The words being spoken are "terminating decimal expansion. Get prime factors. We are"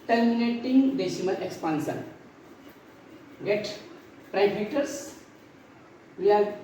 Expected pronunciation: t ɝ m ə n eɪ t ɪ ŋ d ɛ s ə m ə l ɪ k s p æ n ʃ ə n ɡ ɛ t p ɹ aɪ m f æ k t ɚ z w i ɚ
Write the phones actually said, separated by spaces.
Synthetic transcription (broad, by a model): t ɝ m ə n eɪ t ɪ ŋ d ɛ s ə m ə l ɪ k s p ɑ n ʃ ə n ɡ ɛ t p ɹ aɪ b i t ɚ s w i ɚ